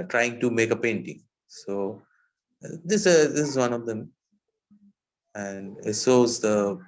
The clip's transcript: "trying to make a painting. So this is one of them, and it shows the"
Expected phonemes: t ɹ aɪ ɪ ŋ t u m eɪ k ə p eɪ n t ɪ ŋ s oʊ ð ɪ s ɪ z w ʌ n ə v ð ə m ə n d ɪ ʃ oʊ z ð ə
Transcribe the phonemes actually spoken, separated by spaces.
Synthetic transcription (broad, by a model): t ɹ aɪ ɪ ŋ t u m eɪ k ə p eɪ n t ɪ ŋ s oʊ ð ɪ s ɪ z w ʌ n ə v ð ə m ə n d ɪ s oʊ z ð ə